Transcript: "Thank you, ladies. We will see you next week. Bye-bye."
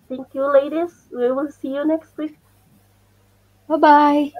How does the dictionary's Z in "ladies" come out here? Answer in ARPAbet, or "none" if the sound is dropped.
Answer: S